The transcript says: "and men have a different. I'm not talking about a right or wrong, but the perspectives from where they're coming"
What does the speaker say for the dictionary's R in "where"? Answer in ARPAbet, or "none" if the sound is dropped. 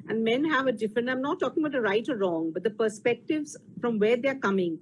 R